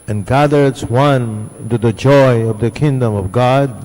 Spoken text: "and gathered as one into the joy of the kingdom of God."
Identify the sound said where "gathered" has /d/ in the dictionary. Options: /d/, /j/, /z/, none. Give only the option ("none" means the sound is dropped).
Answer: none